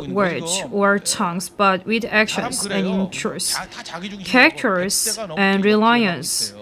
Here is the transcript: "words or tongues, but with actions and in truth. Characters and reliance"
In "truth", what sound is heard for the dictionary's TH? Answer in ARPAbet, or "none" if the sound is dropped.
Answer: S